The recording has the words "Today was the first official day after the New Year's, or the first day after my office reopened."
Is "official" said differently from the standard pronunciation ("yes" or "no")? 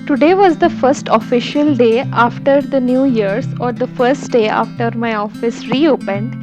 no